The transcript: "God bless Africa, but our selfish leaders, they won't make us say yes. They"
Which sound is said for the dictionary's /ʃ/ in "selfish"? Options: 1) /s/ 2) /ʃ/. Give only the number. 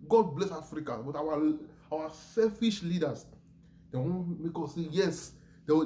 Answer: 2